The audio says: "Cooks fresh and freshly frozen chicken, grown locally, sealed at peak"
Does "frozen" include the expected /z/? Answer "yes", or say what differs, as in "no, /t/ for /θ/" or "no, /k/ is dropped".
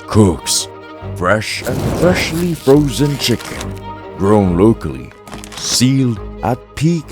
yes